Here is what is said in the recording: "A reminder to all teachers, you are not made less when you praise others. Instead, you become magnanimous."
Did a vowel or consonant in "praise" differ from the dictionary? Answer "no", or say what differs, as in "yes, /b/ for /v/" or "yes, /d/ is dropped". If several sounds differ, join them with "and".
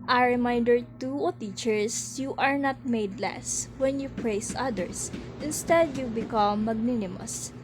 yes, /s/ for /z/